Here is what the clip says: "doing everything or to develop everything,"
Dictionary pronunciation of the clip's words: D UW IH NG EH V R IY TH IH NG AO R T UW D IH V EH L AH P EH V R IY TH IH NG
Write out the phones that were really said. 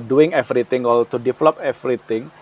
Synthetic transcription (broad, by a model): D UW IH NG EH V R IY T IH NG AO L T UW D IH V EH L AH P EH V R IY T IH NG